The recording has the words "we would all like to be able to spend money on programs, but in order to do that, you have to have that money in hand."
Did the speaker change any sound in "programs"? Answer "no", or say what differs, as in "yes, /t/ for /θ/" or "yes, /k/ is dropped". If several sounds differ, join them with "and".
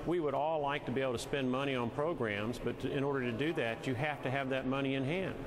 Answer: no